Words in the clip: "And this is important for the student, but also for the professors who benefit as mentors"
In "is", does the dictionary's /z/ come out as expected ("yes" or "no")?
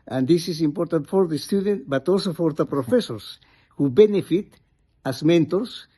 no